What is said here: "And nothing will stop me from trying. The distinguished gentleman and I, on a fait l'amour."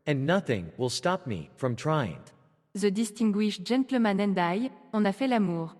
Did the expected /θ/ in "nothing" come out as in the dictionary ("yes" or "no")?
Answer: yes